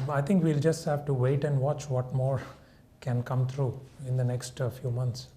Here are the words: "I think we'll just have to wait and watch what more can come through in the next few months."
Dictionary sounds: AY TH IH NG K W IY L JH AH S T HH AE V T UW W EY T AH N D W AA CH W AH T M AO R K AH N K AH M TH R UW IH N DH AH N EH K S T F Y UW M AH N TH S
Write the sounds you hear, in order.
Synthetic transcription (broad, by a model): AY T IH NG K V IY L JH AH S T HH AE V T UW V EY T AH N D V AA CH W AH T M AO R K AH N K AH M T R UW IH N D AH N EH K S T F Y UW M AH N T S